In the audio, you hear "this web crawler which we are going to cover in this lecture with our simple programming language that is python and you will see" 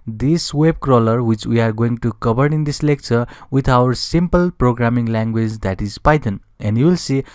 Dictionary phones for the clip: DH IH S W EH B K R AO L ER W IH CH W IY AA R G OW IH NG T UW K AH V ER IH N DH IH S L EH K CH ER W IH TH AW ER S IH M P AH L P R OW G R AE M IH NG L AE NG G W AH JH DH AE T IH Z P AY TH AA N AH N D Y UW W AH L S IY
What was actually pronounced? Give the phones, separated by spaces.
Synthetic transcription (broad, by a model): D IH S W EH B K R AO L ER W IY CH W IY AA R G OW IH NG T UW K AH B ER IH N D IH S L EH K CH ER W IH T AW ER S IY M P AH L P R OW G R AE M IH NG L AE NG G W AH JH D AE T IH Z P AY T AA N AH N D Y UW W AH L S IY